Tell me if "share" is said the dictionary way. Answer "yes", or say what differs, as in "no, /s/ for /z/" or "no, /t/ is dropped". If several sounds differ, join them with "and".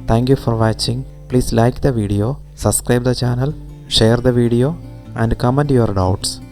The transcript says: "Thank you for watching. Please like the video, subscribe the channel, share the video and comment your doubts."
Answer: yes